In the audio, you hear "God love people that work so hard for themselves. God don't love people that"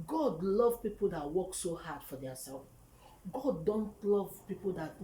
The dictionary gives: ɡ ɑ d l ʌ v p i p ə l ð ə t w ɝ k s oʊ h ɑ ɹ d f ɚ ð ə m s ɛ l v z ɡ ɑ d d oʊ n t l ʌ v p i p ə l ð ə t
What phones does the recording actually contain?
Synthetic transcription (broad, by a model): ɡ ɑ d l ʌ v p i p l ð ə t w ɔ k s oʊ h ɑ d f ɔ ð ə s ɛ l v ɡ ɑ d d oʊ n t l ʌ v p i p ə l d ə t